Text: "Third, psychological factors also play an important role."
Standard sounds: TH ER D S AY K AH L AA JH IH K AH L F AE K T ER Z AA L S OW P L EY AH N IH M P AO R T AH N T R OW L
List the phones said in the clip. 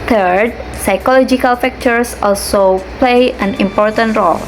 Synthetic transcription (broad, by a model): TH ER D S AY K AH L AA JH IH K AH L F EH K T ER S AA L S OW P L EY AH N IH M P AO R T AH N T R OW L